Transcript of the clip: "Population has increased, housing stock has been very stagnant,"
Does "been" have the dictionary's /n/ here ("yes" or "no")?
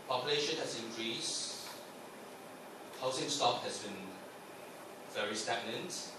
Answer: yes